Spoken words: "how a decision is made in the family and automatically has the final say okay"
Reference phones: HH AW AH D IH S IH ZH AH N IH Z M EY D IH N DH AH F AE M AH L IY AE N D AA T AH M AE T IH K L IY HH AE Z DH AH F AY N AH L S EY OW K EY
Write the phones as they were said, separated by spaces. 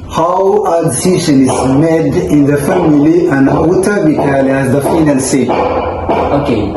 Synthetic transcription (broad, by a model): HH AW AH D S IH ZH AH N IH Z M EY D IH N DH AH F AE M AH L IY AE N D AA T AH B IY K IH L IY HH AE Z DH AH F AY N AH L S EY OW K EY